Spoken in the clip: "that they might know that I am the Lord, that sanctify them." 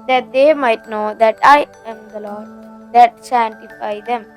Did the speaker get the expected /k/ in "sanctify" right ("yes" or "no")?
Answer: no